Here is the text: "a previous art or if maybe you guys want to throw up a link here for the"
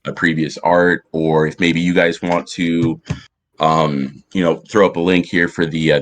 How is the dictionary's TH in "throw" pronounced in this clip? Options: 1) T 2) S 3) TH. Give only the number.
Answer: 3